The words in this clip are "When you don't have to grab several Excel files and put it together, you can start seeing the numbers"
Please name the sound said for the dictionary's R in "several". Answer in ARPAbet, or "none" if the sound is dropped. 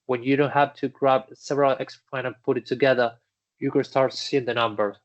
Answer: R